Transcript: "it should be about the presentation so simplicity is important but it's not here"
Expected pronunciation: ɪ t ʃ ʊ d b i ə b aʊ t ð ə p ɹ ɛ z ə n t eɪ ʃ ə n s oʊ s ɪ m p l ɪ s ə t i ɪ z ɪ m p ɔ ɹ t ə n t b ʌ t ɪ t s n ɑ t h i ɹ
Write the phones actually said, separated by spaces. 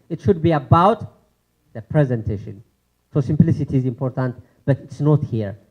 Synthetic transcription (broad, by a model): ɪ t ʃ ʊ d b i ə b aʊ t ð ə p ɹ ɛ z ə n t eɪ ʃ ə n s oʊ s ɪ m p l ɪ s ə t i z ɪ m p ɔ ɹ t ə n t b ʌ t ɪ t s n ɑ t h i ɹ